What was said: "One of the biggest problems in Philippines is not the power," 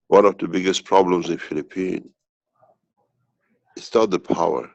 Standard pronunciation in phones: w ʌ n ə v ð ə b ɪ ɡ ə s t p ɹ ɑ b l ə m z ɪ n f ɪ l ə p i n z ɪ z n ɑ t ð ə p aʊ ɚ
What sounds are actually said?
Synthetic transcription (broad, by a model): w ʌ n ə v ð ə b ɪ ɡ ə s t p ɹ ɑ b l ə m z ɪ n f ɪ l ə p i n ɪ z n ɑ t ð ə p aʊ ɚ